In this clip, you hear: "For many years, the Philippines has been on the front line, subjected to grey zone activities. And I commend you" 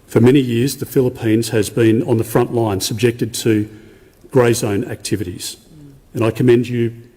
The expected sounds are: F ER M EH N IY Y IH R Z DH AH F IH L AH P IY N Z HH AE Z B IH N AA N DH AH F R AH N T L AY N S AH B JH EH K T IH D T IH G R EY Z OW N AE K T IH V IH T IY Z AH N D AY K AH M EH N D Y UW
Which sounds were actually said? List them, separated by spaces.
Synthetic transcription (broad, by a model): F ER M EH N IY Y IH R Z DH AH F IH L AH P IY N Z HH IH Z B IH N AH N DH AH F R AH N T L AY N S AH B JH EH K T IH D T IH G R EY Z OW N AE K T IH V IH T IY Z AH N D AY K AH M EH N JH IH